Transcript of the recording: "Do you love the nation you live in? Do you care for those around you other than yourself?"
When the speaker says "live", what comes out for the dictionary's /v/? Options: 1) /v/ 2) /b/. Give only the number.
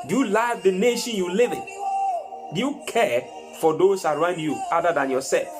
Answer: 1